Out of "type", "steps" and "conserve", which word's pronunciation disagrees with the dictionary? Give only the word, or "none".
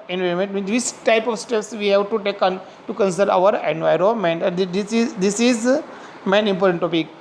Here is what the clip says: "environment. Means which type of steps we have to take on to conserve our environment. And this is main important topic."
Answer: conserve